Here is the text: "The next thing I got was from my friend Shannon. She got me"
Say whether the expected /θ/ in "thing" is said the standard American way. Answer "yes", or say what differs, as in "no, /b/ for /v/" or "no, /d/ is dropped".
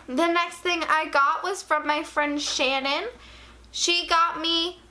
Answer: yes